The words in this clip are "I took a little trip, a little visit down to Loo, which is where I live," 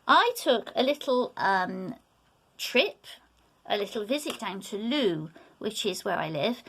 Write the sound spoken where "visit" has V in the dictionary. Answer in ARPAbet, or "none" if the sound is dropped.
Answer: V